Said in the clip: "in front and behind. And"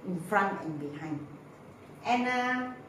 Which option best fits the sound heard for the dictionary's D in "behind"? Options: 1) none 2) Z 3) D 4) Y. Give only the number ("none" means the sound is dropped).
1